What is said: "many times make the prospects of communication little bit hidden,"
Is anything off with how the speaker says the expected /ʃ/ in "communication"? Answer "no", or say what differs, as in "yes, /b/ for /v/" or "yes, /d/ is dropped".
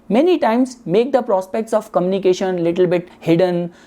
no